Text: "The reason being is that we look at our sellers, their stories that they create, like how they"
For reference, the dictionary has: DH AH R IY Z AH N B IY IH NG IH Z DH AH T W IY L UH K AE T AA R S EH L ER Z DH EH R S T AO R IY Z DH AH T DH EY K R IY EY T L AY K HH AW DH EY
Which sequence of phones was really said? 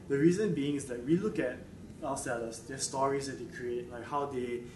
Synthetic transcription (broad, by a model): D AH R IY Z AH N B IY IH NG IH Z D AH T W IY L UH K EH T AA L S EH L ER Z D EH S T AO R IY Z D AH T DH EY K R IY EY T L AY K HH AW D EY